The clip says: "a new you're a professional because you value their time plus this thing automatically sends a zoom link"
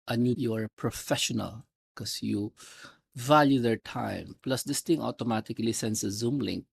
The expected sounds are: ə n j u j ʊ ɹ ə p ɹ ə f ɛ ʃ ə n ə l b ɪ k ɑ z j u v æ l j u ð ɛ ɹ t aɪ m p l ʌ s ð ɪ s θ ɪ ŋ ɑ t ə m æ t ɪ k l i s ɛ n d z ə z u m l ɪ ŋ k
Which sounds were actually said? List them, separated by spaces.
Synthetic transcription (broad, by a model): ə n j u j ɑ ɹ p ɹ ə f ɛ ʃ ə n ə l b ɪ k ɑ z j u v æ l j u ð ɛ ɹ t aɪ m p l ʌ s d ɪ s t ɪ ŋ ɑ t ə m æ t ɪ k l i s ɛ n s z ə z u m l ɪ ŋ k